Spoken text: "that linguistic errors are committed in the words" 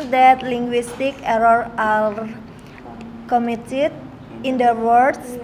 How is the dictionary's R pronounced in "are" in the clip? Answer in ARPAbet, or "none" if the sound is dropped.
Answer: L